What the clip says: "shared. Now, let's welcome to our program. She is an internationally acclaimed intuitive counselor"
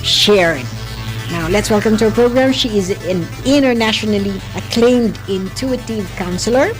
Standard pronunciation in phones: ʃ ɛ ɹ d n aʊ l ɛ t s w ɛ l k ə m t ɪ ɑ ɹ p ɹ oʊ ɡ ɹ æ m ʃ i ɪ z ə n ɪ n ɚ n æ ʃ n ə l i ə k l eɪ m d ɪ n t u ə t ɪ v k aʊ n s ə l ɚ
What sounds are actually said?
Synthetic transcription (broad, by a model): ʃ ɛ ɹ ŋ n aʊ l ɛ t s w ɛ l k ə m t ɪ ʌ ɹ p ɹ oʊ ɡ ɹ æ m ʃ i ɪ z ə n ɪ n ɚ n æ ʃ n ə l i ə k l eɪ m d ɪ n t u ə t ɪ v k aʊ n s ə l ɚ